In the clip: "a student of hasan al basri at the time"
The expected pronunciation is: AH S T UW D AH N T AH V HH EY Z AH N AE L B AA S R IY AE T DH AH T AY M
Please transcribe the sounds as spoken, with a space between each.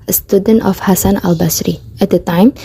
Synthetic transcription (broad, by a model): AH S T UW D AH N T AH F HH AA S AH N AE L B AA S R IY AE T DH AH T AY M